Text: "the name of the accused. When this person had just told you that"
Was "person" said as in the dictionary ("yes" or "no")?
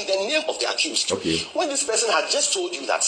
yes